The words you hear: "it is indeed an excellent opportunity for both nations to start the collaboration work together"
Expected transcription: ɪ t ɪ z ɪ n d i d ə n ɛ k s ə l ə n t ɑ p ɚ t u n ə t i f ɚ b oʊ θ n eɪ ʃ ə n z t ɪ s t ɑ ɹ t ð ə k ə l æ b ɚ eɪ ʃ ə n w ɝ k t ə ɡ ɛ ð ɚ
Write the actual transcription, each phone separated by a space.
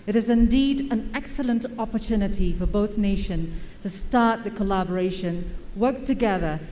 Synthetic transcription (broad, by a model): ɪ t ɪ z ɪ n d i d ə n ɛ k s ə l ə n t ɑ p ɚ t u n ə t i f ɚ b oʊ θ n eɪ ʃ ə n t ɪ s t ɑ ɹ t ð ə k ə l æ b ɚ eɪ ʃ ə n w ɝ k t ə ɡ ɛ ð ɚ